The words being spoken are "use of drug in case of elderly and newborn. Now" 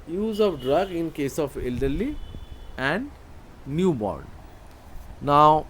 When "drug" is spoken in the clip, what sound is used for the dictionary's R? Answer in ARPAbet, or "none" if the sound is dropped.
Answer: R